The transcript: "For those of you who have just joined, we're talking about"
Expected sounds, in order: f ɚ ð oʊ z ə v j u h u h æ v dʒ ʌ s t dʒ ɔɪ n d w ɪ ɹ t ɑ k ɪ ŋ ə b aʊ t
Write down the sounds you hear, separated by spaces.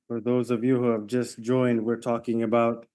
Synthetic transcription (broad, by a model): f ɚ ð oʊ z ə v j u h u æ v dʒ ʌ s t dʒ ɔɪ n d w ɪ ɹ t ɑ k ɪ ŋ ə b aʊ t